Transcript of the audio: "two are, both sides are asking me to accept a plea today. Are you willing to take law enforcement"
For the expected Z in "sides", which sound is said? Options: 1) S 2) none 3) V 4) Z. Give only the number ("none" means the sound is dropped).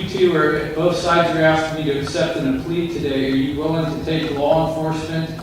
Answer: 4